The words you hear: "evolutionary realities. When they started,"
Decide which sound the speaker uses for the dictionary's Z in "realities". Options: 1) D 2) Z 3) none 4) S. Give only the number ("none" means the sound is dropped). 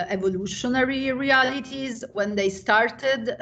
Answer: 2